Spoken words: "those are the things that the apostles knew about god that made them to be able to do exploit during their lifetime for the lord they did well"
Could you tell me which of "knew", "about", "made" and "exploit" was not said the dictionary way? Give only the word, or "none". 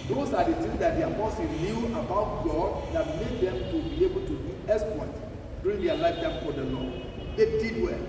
exploit